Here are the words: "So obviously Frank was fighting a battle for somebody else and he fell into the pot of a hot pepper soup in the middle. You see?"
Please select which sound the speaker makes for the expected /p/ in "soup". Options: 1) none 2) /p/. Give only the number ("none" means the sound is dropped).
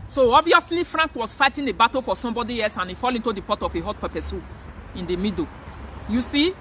1